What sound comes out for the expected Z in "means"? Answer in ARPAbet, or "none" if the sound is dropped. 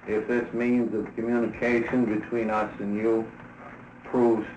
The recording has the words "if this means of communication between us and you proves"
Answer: Z